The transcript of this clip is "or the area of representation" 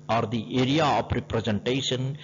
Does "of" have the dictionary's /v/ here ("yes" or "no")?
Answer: no